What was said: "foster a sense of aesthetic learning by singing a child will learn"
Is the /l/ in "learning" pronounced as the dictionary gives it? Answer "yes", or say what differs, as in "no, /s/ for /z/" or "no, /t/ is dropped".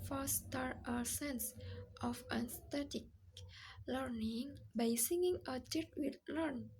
yes